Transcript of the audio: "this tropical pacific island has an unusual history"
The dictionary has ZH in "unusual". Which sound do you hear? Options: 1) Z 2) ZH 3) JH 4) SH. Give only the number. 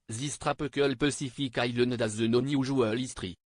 2